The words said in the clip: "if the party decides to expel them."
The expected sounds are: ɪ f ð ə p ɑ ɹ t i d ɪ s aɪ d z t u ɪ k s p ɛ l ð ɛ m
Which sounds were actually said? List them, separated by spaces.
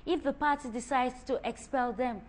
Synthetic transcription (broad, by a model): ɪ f ð ə p ɑ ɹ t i d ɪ s aɪ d t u ɪ k s p ɛ l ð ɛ m